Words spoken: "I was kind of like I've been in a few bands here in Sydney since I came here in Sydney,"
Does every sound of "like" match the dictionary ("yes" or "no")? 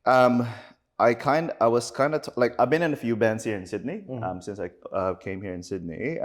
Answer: yes